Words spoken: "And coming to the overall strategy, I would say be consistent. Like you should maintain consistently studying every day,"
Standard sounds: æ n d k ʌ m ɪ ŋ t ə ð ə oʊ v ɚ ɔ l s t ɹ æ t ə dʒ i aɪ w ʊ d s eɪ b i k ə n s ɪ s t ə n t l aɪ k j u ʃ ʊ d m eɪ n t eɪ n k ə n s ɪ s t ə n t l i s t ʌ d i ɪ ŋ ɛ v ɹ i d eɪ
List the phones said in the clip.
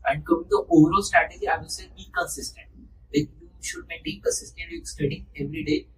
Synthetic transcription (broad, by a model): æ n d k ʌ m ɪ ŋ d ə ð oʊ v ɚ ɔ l s t ɹ æ t ə dʒ i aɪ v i s eɪ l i k ə n s ɪ s t ə n t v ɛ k j u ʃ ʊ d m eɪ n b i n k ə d s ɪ s t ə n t i s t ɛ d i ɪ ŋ ɛ v ɹ i d eɪ